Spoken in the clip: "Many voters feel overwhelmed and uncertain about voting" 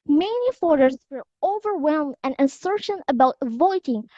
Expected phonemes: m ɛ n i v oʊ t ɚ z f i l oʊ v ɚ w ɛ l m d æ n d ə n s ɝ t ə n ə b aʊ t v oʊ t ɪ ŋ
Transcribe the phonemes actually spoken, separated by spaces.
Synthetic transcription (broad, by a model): m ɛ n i f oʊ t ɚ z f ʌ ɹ oʊ v ɚ w ɛ l m d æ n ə n s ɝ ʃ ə n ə b aʊ t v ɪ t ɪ ŋ